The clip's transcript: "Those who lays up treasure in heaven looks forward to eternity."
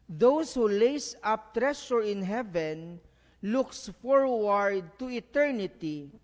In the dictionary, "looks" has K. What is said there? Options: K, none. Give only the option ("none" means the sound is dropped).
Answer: K